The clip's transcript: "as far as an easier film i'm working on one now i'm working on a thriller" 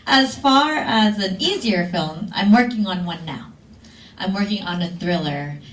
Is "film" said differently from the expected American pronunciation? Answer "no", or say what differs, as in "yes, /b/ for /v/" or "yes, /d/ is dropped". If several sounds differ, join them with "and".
no